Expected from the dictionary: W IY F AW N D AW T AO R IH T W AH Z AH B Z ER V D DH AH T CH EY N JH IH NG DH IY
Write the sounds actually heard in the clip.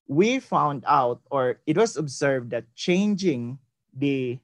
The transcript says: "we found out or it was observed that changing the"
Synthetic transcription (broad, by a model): W IY F AW N D AW T AO R IH T W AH S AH B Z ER V D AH T CH EY N JH IH NG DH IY